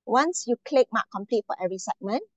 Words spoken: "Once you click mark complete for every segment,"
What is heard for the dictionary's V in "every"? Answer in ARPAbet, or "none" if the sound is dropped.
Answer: none